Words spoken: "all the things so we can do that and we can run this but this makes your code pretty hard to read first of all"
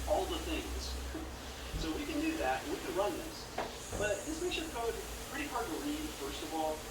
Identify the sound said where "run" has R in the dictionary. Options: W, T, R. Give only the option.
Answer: R